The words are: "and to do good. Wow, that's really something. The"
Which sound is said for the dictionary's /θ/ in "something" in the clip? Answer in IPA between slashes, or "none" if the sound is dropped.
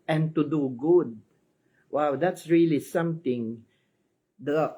/t/